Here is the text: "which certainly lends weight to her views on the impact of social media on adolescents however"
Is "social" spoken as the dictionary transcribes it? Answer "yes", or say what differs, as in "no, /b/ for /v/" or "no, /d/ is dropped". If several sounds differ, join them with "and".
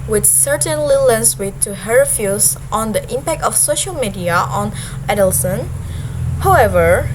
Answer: yes